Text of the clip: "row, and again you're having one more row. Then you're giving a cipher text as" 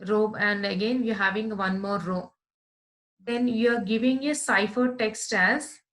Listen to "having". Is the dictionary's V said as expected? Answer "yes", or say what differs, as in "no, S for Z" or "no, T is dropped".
yes